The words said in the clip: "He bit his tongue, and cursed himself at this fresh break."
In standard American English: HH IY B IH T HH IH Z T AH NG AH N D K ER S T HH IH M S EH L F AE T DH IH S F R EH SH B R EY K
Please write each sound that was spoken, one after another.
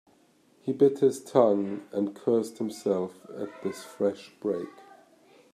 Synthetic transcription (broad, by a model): HH IY B IH T HH IH Z T AH NG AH N K ER S T HH IH M S EH L F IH T DH IH S F R EH SH B R EY K